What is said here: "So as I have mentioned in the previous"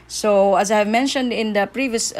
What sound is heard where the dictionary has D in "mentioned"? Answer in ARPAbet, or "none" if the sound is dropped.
D